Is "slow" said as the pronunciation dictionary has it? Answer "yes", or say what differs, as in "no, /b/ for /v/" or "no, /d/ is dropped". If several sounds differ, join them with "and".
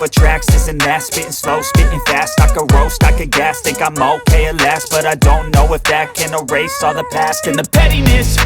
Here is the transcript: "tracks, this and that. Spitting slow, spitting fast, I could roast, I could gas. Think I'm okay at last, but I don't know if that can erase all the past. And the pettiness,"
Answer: yes